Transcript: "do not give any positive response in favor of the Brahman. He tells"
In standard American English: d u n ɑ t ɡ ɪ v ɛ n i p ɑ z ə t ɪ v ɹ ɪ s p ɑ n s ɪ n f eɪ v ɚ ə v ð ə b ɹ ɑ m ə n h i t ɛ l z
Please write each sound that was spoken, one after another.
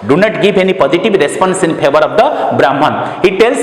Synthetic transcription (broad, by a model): d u n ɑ t ɡ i b ɛ n i p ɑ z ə t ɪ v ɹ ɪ s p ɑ n s ɪ n p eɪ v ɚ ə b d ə b ɹ ɑ m ə n h i t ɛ l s